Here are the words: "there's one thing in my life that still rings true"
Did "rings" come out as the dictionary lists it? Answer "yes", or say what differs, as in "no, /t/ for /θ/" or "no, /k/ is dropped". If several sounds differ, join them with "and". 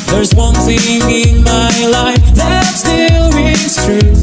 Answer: no, /ŋ/ is dropped